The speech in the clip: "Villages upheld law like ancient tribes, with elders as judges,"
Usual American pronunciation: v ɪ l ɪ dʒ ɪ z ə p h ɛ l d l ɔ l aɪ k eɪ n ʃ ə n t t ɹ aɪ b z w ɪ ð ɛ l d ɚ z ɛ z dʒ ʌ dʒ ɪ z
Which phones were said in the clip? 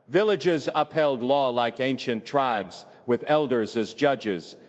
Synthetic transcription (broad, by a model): v ɪ l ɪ dʒ ɪ z ə p h ɛ l d l ɔ l aɪ k eɪ n ʃ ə n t t ɹ aɪ b z w ɪ ð ɛ l d ɚ z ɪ z dʒ ʌ dʒ ɪ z